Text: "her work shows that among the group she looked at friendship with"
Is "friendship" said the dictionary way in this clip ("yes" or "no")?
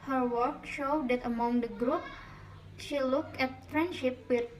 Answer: yes